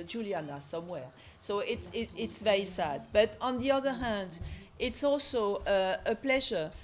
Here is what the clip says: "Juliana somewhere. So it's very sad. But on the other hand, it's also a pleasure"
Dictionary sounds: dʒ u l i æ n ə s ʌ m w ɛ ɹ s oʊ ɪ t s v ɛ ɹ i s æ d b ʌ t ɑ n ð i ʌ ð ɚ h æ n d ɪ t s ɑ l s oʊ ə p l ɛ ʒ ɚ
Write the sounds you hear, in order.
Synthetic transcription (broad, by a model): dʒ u l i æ n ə s ʌ m w ɛ ɹ s oʊ ɪ t s v ɛ ɹ i s æ d b ʌ t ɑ n ð i ʌ ð ɚ h æ n d ɪ t s ɑ l s oʊ ə p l ɛ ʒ ɚ